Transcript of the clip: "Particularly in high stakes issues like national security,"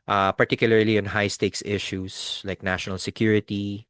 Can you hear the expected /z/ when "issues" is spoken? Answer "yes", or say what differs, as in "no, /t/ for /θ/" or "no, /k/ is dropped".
no, /s/ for /z/